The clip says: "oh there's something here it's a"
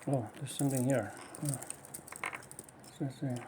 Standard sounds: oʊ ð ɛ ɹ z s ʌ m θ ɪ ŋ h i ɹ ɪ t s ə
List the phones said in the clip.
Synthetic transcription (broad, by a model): oʊ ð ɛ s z s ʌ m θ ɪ ŋ h i ɹ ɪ s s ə